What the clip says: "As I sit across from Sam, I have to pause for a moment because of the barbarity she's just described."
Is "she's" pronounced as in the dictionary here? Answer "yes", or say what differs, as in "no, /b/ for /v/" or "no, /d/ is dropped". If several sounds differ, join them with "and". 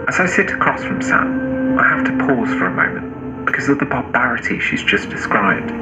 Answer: yes